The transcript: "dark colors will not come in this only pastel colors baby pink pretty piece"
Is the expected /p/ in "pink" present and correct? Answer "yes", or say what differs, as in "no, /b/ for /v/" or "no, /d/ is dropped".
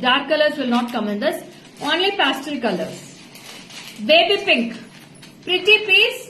yes